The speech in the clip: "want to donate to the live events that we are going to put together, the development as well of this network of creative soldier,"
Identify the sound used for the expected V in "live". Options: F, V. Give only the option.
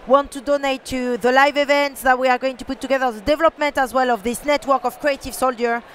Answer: V